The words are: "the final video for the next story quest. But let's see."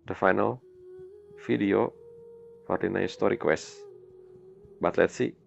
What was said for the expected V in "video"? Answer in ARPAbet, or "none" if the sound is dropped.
F